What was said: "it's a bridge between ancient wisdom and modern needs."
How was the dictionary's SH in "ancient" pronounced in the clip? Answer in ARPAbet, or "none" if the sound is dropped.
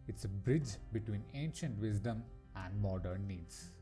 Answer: SH